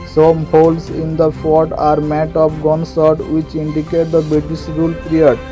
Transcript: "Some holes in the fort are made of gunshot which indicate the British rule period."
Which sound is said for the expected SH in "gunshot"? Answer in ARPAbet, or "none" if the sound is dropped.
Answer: S